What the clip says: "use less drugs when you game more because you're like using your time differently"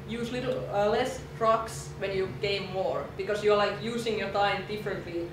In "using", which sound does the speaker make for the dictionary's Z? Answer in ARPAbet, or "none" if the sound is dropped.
S